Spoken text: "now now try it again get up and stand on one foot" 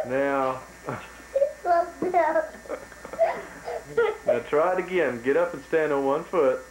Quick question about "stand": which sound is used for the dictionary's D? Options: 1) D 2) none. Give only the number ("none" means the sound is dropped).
1